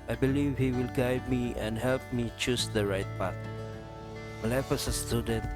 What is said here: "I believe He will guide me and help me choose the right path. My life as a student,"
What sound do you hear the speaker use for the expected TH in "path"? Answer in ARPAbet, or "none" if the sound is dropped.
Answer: T